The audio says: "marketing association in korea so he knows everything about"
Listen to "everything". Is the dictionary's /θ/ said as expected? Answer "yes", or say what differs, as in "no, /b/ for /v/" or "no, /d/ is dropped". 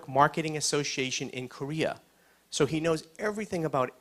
yes